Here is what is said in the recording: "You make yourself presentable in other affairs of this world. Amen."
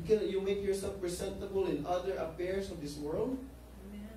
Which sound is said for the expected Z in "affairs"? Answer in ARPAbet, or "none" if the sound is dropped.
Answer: S